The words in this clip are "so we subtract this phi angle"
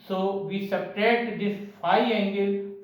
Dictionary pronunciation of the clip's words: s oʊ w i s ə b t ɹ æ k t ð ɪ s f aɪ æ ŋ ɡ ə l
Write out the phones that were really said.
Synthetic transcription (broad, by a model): s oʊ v i s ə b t ɛ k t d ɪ s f aɪ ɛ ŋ ɡ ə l